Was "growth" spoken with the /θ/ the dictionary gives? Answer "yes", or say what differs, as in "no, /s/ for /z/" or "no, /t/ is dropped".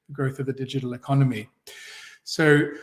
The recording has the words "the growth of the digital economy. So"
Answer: yes